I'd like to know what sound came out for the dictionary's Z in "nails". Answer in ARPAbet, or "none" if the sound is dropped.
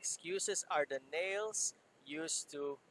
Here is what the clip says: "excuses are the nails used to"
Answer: S